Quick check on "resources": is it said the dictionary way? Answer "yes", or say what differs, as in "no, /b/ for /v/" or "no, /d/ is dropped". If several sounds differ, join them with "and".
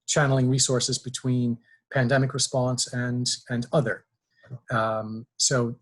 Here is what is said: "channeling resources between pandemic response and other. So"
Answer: yes